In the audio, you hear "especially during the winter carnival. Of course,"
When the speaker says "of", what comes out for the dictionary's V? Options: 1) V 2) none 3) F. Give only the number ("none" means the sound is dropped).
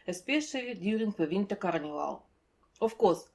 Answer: 3